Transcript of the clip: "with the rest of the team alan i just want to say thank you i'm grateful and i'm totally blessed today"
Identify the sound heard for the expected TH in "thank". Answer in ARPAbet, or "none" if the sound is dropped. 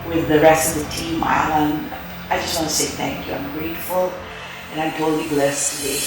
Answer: TH